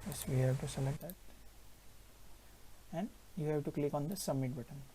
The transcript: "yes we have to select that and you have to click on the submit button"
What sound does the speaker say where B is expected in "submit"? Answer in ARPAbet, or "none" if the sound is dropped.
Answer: none